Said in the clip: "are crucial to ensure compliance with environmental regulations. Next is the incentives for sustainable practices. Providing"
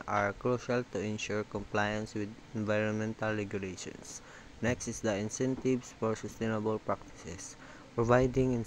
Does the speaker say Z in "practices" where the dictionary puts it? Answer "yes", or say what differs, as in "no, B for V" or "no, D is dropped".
no, S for Z